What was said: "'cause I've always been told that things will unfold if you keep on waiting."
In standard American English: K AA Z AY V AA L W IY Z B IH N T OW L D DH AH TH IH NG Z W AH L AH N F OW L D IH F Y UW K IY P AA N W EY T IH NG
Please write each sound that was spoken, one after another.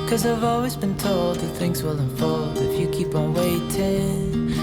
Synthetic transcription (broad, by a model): K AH Z AY V AA L W IY Z B IH N T OW L D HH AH TH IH NG S W AH L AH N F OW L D IH F Y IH K IY P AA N W EY T IH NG